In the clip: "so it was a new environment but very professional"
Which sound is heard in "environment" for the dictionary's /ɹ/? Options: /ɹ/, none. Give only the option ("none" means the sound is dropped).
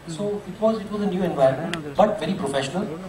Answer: none